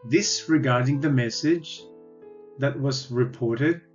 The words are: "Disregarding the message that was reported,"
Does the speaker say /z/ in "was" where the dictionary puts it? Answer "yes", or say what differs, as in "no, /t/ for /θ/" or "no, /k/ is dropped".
yes